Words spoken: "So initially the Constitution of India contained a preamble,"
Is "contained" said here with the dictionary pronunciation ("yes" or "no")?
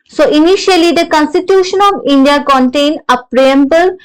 no